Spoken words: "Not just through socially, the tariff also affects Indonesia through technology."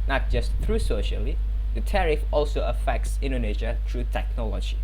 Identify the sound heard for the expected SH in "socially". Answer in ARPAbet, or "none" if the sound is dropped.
SH